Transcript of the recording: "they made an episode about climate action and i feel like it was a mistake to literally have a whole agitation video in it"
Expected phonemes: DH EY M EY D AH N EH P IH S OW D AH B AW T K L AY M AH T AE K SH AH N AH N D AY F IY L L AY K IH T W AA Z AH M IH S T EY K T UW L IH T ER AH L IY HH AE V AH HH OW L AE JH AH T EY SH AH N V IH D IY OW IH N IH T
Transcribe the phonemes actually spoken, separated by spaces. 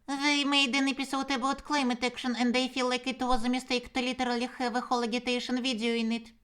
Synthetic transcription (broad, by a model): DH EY M EY D AH N EH P IH S OW D AH B AW T K L AY M AH T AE K SH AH N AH N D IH F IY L L AY K IH T W AA Z AH M IH S T EY K T UW L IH T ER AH L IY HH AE V AH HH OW L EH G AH T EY SH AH N V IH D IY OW IH N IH T